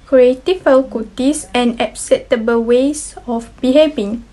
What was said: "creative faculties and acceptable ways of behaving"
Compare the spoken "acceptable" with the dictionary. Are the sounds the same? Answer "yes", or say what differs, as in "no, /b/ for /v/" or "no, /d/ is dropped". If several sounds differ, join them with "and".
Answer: no, /p/ is dropped